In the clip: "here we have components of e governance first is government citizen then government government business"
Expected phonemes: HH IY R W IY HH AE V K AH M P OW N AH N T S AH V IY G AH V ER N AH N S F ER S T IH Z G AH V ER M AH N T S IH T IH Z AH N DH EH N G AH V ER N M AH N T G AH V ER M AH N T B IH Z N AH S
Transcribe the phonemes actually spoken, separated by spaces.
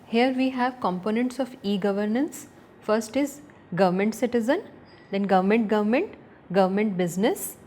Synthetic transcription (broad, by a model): HH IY R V IY HH AE V K AH M P OW N AH N T S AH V IY G AH V ER N AH N S F ER S T IH Z G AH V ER M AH N T S IH T IH Z AH N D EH N G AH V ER N M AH N T G AH V ER M AH N T B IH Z N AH S